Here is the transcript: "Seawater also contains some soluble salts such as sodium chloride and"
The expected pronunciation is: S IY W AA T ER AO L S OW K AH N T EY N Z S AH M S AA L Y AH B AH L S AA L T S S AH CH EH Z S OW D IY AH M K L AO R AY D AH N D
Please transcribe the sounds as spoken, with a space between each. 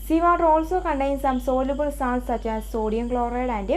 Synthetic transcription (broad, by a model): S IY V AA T AO L S OW K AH N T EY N S AH M S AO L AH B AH L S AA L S S AH CH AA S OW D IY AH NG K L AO R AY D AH N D